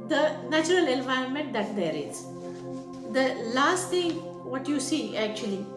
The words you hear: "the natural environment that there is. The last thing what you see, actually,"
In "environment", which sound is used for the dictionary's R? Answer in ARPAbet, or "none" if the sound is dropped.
R